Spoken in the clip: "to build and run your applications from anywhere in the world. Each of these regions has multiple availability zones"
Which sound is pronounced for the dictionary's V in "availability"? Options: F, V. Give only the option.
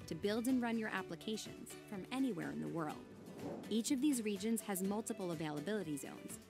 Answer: V